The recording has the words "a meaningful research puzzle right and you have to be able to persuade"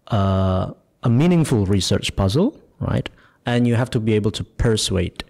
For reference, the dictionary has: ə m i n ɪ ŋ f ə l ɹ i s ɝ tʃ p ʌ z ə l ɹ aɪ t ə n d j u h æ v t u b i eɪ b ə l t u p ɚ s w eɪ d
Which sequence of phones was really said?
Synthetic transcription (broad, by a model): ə m i n ɪ ŋ f ə l ɹ i s ɝ tʃ p ʌ z ə l ɹ aɪ t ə n j u h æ f t u b i eɪ b ə l t u p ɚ s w eɪ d